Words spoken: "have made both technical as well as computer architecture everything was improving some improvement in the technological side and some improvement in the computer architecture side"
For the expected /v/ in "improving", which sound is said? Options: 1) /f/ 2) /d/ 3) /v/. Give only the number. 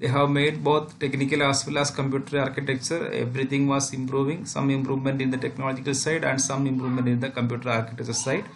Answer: 3